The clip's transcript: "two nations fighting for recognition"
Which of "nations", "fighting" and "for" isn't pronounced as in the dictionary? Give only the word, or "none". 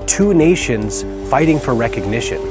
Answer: none